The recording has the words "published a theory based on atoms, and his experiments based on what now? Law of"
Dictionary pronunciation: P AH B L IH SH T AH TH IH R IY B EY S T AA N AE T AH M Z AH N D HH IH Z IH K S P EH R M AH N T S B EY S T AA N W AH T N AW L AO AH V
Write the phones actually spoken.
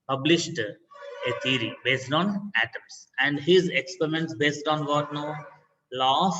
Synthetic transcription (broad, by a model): P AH B L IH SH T AH T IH R IY B EY S T AA N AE T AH M S AH N D HH IH Z IH K S P EH R M AH N T S B EY S T AA N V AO T N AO L AO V